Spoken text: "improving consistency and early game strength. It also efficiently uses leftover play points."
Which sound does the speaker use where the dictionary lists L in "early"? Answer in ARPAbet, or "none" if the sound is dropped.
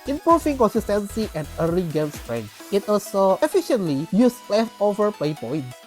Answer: none